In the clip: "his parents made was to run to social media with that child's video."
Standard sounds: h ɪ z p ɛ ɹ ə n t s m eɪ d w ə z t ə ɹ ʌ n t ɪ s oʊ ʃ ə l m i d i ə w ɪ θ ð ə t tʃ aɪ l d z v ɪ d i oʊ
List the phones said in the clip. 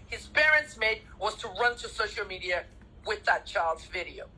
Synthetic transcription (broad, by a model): h ɪ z p ɛ ɹ ə n t s m eɪ d w ə z t ə ɹ ʌ n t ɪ s oʊ ʃ l m i d i ə w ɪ ð ə t tʃ aɪ l d z v ɪ d i oʊ